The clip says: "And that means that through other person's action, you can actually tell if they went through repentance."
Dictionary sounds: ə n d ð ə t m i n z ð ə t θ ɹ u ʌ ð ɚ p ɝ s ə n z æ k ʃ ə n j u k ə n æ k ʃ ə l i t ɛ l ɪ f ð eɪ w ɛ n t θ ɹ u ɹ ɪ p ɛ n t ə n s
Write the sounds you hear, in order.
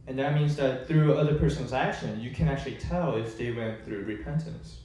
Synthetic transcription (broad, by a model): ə n ð ə t m i n z ð ə t θ ɹ u ʌ ð ɚ p ɝ s ə n z æ k ʃ ə n j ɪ k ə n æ k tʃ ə l i t ɛ l ɪ f ð eɪ w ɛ n θ ɹ u ɹ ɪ p ɛ n t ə n s